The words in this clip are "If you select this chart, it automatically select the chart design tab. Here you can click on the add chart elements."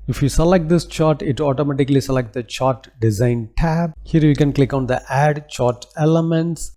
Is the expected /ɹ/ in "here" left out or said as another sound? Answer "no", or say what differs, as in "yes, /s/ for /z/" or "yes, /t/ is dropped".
no